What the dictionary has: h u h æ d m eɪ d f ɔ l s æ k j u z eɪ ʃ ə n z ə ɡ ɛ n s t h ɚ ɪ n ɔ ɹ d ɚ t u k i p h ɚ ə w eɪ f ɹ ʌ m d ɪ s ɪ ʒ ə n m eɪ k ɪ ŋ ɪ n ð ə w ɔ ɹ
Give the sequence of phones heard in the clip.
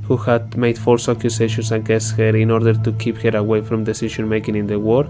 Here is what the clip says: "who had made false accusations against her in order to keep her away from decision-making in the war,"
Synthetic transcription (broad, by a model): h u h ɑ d m eɪ d f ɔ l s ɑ k j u s eɪ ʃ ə n s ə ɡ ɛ s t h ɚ ɪ n ɔ ɹ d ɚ t u k i p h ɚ ə w eɪ f ɹ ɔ m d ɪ s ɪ ʃ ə n m eɪ k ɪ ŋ ɪ n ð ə w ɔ ɹ